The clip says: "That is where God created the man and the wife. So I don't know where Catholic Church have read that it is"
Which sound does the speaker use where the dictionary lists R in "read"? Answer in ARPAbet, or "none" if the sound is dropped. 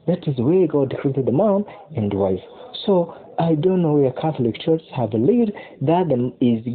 L